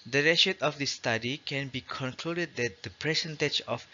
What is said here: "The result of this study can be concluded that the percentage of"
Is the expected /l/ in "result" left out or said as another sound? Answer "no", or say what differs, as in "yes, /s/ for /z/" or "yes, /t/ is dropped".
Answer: yes, /l/ is dropped